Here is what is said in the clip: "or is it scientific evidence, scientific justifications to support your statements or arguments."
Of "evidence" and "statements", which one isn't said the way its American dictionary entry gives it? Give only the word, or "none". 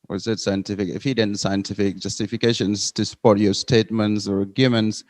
evidence